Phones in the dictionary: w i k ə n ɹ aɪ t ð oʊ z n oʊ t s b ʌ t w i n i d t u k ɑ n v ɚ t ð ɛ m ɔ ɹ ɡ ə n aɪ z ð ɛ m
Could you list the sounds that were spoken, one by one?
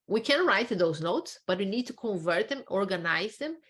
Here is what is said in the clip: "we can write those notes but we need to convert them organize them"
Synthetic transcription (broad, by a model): w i k ə n ɹ aɪ t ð oʊ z n oʊ t s b ʌ t w i n i d t u k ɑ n v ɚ t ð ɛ m ɔ ɹ ɡ ə n aɪ z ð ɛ m